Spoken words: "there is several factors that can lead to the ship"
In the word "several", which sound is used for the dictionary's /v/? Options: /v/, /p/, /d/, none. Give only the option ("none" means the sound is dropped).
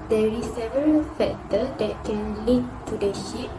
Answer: /v/